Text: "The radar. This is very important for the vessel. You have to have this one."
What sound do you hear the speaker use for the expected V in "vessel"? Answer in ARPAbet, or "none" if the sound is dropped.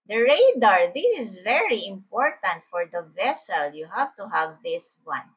V